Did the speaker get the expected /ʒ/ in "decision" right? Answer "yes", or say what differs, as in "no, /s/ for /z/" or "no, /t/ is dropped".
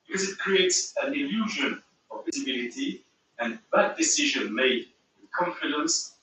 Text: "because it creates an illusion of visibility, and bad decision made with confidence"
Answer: yes